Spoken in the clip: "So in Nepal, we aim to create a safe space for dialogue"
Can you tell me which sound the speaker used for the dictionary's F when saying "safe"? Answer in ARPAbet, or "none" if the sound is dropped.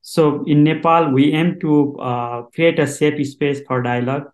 P